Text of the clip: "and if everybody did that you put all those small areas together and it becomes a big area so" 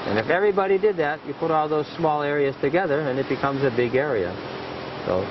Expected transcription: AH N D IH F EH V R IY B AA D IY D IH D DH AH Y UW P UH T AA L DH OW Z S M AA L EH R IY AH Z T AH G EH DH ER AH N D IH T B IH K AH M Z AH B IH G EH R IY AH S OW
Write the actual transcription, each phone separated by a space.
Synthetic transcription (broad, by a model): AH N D IH F EH V R IY B AA D IY D IH D DH AH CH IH P UH T AA L DH OW Z S M AA L EH R IY AH Z T AH G EH DH ER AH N IH T B IH K AH M Z AH B IH G EH R IY AH S OW